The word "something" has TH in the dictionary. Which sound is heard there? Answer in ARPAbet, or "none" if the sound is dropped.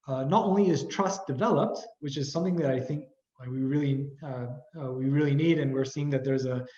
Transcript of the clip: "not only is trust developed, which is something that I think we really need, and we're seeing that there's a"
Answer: TH